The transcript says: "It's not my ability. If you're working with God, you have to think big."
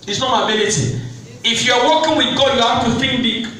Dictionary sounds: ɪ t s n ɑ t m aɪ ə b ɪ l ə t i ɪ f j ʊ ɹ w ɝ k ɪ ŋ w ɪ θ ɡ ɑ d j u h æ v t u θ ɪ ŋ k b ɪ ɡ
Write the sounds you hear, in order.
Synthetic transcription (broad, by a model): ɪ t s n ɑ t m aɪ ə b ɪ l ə t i ɪ f j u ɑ w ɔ k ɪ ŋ w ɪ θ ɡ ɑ j u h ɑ f t u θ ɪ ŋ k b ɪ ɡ